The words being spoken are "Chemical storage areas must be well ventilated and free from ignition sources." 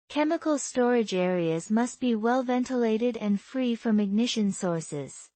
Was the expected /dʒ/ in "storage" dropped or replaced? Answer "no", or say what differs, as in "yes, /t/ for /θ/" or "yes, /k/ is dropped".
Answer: no